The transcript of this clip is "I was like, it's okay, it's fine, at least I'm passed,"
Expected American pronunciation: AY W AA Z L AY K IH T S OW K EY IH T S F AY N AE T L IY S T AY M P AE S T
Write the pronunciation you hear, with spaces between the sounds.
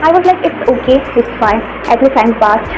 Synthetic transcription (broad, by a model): AY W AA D L AY K IH T S OW K EY IH T S F AY N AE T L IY T AY M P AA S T